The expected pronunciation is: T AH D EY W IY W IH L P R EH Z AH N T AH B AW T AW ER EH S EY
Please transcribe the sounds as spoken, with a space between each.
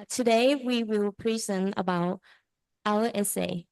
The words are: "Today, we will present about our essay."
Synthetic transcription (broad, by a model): T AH D EY W IY W IH L P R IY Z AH N AH B AW T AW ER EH S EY